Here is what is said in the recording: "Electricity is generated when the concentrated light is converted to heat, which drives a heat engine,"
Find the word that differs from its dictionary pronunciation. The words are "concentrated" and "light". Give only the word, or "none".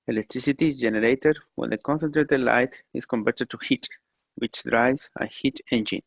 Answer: none